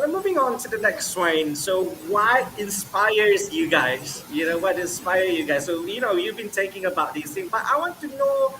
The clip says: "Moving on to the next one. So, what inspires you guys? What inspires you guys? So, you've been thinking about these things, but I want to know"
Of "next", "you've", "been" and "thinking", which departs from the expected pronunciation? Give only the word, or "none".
thinking